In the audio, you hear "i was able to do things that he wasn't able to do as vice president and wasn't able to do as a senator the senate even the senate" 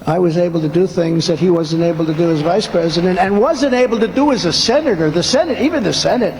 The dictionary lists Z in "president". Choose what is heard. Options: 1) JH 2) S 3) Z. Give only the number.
3